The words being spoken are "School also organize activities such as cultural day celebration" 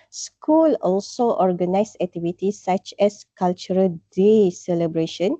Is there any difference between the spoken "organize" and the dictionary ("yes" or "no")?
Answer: yes